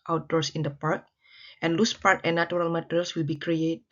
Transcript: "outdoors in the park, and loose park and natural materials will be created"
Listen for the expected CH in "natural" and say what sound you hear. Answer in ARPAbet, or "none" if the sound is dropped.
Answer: none